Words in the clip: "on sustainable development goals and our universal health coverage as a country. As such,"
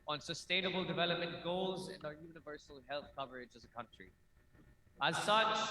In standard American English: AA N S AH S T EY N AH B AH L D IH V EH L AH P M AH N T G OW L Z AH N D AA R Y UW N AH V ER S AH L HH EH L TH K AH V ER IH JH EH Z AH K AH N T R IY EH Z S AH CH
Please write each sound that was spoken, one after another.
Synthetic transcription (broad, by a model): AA N S AH S T EY N AH B AH L D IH V EH L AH P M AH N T G OW L Z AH N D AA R Y UW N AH V ER S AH L HH EH L TH K AH V ER IH JH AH Z AH K AH N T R IY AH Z S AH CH